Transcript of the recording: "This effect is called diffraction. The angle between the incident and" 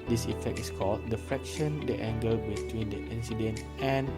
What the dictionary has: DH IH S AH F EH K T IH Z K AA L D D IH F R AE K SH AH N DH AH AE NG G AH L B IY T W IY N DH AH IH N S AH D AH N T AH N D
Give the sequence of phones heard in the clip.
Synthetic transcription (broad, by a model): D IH S AH F EH K T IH S K AA L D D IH F R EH K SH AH N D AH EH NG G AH B IY T W IY N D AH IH N S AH D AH N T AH N